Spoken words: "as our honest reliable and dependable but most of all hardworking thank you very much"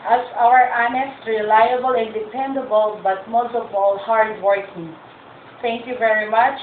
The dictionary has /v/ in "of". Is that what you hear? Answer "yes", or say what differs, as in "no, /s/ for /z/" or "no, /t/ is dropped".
no, /p/ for /v/